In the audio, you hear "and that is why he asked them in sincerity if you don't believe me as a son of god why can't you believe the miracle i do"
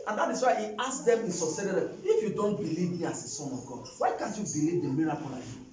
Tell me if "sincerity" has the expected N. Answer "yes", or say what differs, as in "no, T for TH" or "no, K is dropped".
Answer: no, N is dropped